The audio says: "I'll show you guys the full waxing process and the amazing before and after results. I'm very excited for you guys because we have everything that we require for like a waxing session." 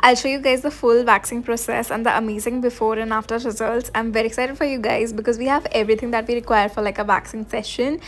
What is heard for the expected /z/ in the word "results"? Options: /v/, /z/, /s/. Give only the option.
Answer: /z/